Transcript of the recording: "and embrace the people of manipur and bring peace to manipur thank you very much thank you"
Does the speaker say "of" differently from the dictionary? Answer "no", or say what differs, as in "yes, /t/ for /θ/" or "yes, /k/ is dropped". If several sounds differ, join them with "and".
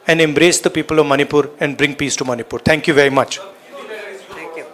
no